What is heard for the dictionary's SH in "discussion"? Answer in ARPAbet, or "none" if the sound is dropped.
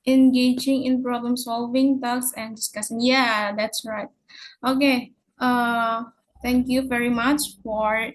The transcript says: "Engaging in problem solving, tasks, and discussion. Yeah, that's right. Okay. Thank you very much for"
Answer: S